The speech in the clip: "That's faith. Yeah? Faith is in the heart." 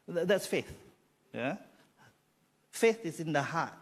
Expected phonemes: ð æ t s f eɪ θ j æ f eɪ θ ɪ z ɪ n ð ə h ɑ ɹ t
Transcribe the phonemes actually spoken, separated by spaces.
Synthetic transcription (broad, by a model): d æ t s f eɪ θ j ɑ f eɪ θ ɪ s ɪ n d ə h ɑ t